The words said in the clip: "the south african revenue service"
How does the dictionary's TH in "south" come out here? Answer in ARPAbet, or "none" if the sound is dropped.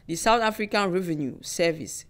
T